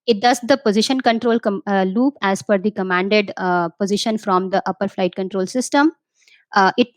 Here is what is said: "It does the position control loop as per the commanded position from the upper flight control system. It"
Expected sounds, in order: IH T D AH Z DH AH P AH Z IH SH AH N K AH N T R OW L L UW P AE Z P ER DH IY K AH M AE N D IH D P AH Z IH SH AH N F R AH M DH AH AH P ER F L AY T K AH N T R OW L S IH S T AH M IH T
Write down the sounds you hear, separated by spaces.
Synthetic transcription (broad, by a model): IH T D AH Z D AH P AH Z IH SH AH N K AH N T R OW L L UW P AE Z F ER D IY K AH M AE N D IH D P AH Z IH SH AH N F R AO M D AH AH P ER F L AY T K AH N T R OW L S IH S T AH M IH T